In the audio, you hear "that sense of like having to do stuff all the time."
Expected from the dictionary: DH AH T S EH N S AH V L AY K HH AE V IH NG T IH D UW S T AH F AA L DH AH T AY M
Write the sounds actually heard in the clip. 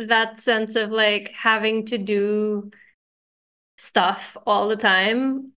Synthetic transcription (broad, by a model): DH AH T S EH N S AH V L AY K HH AE V IH NG T IH D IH S T AH F AA L DH AH T AY M